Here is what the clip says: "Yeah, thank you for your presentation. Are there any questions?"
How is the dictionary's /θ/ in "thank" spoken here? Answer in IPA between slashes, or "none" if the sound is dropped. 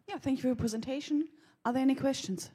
/θ/